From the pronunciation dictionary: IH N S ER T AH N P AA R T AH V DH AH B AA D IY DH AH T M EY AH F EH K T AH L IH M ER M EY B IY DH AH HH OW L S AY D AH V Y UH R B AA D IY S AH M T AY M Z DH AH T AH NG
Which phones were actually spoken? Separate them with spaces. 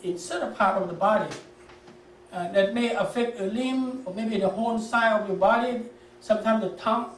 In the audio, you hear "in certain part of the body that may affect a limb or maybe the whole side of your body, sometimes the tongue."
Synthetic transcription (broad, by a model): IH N S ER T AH P AA R T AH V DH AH B AA D IY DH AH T M EY AH F EH K T AH L IH M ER M EY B IY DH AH HH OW N S AY AH V Y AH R B AA D IY S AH M T AY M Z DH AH T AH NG